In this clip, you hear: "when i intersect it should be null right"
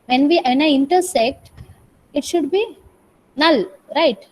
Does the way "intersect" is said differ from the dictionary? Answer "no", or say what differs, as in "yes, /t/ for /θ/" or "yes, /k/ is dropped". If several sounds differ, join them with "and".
no